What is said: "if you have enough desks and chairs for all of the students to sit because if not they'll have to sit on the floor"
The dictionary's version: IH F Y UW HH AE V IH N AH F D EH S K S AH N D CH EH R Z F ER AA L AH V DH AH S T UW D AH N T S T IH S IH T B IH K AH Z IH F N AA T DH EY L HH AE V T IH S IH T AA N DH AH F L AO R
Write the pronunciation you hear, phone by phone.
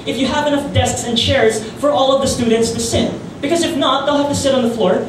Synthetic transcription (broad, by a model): IH F Y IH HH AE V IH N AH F D EH S K S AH N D CH EH R Z F ER AA L AH V DH AH S T UW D N T S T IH S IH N B IH K AH Z IH F N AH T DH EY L HH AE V T IH S IH T N DH AH F L AO R